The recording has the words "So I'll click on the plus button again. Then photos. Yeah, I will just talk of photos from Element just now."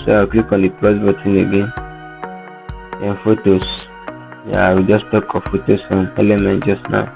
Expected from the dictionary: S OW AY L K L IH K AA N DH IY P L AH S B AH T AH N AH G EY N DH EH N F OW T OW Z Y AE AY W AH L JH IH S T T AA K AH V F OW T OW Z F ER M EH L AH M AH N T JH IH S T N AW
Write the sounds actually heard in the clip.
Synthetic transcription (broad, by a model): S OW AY W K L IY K AA N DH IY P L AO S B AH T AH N AH G EY N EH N F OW T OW S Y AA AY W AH JH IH S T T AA K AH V F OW T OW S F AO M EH L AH M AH N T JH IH S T N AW